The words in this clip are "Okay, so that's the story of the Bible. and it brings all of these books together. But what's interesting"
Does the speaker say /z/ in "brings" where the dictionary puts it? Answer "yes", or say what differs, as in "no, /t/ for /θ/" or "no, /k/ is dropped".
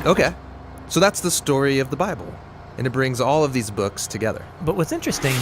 yes